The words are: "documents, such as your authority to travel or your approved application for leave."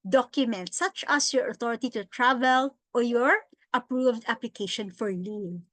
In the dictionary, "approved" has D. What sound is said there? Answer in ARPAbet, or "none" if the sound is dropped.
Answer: D